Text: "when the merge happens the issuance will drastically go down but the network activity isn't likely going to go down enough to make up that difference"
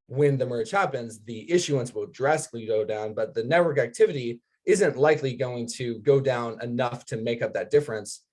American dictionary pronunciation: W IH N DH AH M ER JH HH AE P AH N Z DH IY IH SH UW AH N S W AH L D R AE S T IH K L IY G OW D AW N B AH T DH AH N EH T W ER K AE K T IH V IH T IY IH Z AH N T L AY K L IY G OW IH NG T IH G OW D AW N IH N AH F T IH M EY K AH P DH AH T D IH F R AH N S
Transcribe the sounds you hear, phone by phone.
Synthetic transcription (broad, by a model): W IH N DH AH M ER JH HH AE P AH N Z DH IY IH SH UW AH N S W AH L D R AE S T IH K L IY G OW D AW N B AH T DH AH N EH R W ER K AE K T IH V IH T IY IH Z AH N T L AY K L IY G OW IH NG T IH G OW D AW N IH N AH F T IH M EY K AH P DH AH T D IH F R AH N S